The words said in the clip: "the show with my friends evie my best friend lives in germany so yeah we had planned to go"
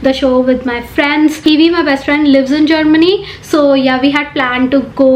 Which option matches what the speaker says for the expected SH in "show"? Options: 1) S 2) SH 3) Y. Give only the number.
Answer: 2